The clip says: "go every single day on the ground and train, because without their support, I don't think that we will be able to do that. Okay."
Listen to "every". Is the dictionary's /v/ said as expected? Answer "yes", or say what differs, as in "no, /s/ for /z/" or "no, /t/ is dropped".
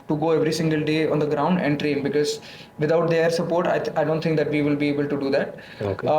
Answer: yes